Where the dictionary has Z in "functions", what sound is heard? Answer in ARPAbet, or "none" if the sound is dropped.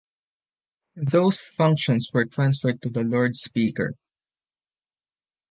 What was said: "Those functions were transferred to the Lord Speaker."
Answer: S